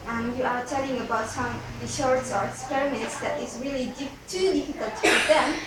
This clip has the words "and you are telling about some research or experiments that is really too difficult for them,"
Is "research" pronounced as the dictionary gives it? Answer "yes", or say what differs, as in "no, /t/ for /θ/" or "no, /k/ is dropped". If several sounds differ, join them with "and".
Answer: no, /ʃ/ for /s/ and /s/ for /tʃ/